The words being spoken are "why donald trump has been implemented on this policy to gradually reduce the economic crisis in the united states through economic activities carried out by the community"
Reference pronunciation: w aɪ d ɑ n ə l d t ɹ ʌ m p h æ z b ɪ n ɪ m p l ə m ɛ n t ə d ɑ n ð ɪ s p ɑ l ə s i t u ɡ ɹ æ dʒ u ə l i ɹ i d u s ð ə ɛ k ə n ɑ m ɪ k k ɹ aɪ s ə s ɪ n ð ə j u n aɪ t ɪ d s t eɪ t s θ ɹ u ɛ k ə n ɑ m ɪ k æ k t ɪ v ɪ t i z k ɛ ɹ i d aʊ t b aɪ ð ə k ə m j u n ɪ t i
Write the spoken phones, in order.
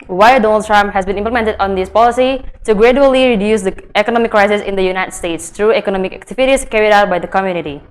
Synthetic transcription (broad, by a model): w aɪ d ɑ n ə l d t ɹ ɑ m p h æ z b ɪ n ɪ m p l ə m ɛ n t ə d ɑ n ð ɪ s p ɑ l ə s i t u ɡ ɹ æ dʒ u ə l i ɹ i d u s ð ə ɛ k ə n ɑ m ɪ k k ɹ aɪ s ə s ɪ n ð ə j u n aɪ t ɪ d s t eɪ t s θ ɹ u ɛ k ə n ɑ m ɪ k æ k t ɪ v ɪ t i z k ɛ ɹ i d aʊ t b aɪ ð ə k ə m j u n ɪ t i